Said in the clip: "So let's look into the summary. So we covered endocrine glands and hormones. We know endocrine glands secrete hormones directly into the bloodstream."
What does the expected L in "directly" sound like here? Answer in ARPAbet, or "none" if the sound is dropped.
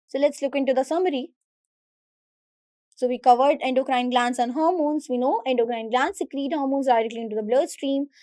L